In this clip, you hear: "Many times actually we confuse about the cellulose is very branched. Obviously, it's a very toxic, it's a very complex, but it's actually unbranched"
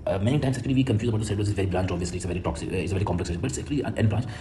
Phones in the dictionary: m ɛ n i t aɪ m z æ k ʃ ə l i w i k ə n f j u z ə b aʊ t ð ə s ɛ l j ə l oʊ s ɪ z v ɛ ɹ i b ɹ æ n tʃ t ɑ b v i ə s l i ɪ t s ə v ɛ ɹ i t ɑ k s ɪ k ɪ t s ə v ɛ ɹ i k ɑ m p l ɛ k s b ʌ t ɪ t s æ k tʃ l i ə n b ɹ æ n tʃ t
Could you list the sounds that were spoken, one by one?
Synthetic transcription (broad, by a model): m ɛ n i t aɪ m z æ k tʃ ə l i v i k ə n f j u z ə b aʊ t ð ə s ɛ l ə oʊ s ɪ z v ɛ ɹ i b l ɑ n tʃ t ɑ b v i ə s l i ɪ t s ə v ɛ ɹ i t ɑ k s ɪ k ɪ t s ə v ɛ ɹ i k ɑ m p l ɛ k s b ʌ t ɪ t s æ k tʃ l i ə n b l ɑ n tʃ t